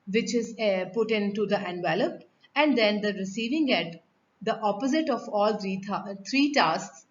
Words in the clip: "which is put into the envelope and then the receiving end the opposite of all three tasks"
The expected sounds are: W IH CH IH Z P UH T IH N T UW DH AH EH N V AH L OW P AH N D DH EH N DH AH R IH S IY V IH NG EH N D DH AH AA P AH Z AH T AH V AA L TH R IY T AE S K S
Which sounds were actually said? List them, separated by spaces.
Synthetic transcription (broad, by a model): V IH CH IH Z P UH T IH N T UW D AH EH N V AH L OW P AH N D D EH N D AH R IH S IY V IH NG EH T D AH AA P AH Z AH T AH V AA L T R IY T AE S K S